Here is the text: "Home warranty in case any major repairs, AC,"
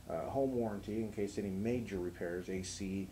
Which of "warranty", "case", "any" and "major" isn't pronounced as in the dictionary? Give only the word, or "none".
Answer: none